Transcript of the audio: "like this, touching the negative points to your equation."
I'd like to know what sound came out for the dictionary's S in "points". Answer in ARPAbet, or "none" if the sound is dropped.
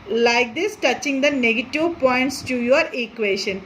S